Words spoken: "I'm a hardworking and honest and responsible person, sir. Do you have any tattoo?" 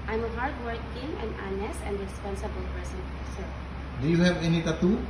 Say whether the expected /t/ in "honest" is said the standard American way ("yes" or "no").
no